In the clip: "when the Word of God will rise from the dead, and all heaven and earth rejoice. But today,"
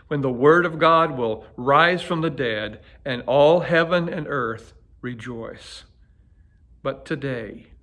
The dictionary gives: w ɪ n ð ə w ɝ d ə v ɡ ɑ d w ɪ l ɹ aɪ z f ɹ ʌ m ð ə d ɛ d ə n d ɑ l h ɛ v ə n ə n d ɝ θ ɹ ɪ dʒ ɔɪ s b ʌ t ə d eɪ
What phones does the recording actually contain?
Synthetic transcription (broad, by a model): w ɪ n ð ə w ɝ d ə v ɡ ɑ d w ɪ l ɹ aɪ z f ɹ ʌ m ð ə d ɛ d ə n ɑ l h ɛ v ə n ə n ɝ θ ɹ ɪ dʒ ɔɪ s b ʌ t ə d eɪ